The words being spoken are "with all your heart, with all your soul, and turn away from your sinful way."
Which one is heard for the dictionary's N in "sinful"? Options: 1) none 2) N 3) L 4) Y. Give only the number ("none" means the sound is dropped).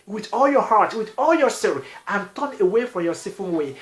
1